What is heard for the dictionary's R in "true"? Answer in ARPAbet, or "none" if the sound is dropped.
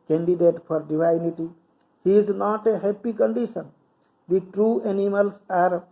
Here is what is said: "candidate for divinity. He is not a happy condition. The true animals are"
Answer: R